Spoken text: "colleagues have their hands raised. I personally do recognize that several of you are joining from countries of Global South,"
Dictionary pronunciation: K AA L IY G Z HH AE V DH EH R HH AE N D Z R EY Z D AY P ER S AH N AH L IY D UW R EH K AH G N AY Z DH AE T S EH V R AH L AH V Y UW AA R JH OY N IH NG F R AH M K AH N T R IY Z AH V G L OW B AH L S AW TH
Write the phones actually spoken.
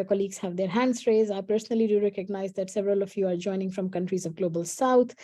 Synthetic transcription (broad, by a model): K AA L IY G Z HH AE V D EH R HH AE N D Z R EY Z AY P ER S AH N AH L IY D UW R EH K AH G N AY Z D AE T S EH V R AH L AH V Y UW AA R JH OY N IH NG F R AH M K AH N T R IY Z AH V G L OW B AH L S AW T